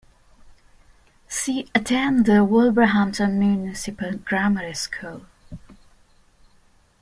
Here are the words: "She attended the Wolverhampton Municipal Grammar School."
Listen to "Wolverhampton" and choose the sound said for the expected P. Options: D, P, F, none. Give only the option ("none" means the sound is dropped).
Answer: none